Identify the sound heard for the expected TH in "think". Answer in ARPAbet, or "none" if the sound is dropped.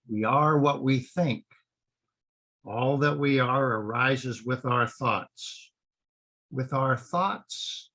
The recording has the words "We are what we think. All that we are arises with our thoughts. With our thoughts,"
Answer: TH